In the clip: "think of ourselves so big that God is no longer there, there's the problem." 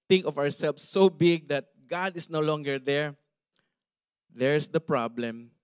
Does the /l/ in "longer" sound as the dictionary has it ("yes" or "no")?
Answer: yes